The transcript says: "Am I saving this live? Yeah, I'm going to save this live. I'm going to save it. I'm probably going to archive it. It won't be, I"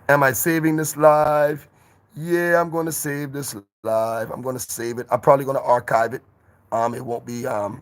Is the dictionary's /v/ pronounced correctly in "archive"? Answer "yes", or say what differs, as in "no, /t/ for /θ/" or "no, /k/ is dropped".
yes